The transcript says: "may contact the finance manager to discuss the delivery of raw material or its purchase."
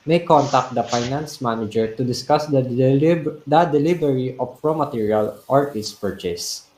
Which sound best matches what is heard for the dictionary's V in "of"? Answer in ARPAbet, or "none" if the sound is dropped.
P